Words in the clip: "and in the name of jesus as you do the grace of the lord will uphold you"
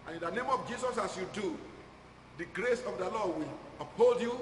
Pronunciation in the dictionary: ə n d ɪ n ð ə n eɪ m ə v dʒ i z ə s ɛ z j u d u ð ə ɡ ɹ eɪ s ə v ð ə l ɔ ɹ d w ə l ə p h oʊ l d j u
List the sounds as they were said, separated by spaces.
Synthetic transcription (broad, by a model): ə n ɪ n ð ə n eɪ m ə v dʒ i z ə s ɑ s j u d u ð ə ɡ ɹ eɪ s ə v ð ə l ɔ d w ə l ə p h oʊ l d j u